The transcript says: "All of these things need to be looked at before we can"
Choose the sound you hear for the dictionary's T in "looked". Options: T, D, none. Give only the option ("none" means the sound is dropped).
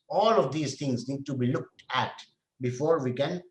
T